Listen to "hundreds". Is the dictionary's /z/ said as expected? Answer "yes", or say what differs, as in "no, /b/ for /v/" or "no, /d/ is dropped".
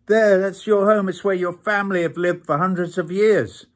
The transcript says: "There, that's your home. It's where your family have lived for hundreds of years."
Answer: yes